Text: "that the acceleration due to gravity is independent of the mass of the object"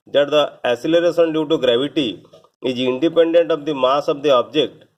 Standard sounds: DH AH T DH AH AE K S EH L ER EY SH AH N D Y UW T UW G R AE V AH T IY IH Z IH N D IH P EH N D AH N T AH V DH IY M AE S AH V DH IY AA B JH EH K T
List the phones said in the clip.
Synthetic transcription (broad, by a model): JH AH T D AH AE S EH L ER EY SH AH N D Y UW T UW G R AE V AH T IY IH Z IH N D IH P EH N D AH N T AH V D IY M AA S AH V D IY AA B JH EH K T